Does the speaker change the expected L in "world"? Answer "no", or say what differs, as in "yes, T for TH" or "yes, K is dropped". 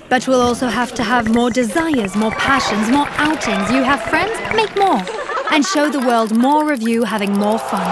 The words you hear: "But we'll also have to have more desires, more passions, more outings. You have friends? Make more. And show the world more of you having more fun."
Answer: no